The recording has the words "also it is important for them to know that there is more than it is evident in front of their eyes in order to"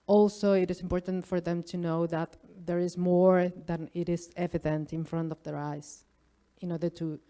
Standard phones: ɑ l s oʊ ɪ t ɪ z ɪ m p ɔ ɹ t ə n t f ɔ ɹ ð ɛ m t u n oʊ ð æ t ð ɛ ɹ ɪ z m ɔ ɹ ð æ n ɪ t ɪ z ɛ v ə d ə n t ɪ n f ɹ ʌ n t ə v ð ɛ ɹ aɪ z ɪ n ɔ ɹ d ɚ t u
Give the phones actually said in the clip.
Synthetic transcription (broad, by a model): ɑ l s oʊ ɪ t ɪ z ɪ m p ɔ ɹ t ə n t f ɔ ɹ ð ɛ m t u n oʊ ð æ t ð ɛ ɹ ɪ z m ɔ ɹ ð æ n ɪ t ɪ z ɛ v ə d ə n t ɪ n f ɹ ʌ n t ə v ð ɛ ɹ aɪ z ɪ n ɔ ɹ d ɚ t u